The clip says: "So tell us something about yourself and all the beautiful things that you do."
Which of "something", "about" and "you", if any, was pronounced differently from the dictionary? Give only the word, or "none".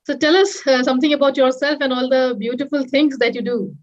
something